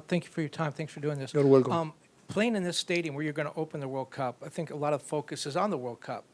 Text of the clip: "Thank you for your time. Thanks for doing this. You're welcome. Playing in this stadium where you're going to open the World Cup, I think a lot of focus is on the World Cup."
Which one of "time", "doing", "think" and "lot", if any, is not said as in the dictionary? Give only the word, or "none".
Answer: none